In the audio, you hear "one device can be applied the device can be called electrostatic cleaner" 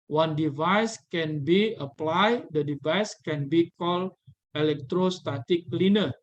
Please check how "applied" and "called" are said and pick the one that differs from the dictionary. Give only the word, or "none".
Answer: called